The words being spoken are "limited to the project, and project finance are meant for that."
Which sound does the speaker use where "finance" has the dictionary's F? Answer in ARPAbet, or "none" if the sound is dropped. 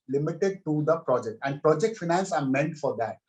F